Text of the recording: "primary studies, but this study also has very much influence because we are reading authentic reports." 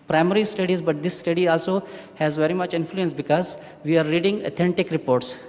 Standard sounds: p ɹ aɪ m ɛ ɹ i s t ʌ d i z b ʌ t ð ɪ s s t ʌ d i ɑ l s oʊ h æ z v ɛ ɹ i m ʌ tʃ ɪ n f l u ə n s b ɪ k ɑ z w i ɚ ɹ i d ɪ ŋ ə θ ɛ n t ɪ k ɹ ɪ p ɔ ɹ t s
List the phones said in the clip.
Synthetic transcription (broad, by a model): p ɹ aɪ m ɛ ɹ i s t ʌ d i z b ʌ t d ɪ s s t ʌ d i ɑ l s oʊ h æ z v ɛ ɹ i m ʌ tʃ ɪ n f l u ə n s b ɪ k ɑ z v i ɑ ɹ i d ɪ ŋ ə t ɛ n t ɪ k ɹ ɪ p ɔ ɹ t s